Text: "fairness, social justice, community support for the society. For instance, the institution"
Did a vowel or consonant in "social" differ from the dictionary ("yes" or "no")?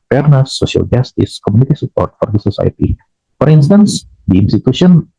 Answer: yes